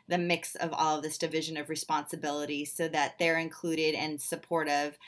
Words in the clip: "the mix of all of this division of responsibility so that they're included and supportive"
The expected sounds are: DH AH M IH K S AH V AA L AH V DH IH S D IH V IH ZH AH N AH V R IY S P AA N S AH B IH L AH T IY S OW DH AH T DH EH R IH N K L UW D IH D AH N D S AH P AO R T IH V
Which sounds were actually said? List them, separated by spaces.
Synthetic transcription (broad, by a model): DH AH M IH K S AH V AA L AH V DH IH S D IH V IH ZH AH N AH V R IY S P AA N S AH B IH L AH T IY S OW DH AH T DH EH R IH N K L UW D IH D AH N S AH P AO R T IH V